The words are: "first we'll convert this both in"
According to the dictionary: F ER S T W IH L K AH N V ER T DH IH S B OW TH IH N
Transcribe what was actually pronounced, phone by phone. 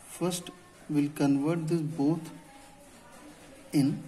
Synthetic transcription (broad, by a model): F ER S T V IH L K AH N V ER T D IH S B OW T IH N